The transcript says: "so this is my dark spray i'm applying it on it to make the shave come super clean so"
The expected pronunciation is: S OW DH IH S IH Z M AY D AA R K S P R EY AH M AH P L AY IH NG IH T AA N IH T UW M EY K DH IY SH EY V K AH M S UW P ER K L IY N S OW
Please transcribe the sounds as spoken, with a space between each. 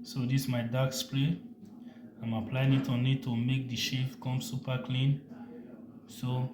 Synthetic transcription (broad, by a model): S OW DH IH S M AY D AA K S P L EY AH M AH P L AY IH NG IH T AA N IH T UW M EY K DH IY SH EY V K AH M S UW P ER K L IY N S OW